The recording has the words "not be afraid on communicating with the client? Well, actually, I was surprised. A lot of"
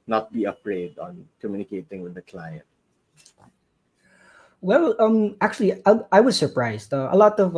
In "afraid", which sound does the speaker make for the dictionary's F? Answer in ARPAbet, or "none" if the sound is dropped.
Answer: P